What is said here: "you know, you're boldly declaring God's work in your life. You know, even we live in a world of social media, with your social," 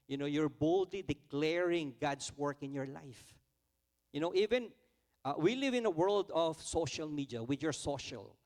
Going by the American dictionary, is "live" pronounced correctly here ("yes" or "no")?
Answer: yes